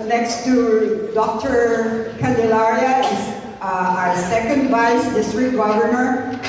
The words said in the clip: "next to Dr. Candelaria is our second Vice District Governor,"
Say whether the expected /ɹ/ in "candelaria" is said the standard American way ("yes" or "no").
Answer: yes